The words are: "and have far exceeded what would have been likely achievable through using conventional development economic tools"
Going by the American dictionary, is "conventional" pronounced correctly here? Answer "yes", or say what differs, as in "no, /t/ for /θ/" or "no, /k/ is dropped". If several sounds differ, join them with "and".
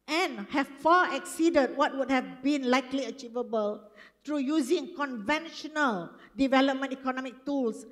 yes